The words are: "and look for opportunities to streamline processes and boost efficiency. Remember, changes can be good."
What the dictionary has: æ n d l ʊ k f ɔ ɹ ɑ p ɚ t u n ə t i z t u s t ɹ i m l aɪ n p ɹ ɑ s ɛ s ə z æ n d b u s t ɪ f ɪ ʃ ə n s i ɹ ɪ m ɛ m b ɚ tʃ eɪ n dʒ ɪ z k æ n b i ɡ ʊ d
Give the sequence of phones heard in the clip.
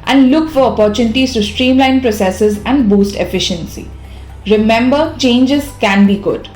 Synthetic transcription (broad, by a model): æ n d l ʊ k f ɔ ɹ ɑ p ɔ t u n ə t i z t u s t ɹ i m l aɪ n p ɹ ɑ s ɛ s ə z æ n d b u s t ɪ f ɪ ʃ ə n s i ɹ ɪ m ɛ m b ɚ tʃ eɪ n dʒ ɪ z k æ n b i ɡ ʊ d